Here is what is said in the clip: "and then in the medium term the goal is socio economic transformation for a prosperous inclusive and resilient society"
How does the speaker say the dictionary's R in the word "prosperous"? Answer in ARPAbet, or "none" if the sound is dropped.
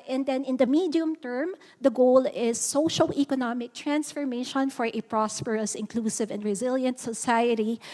R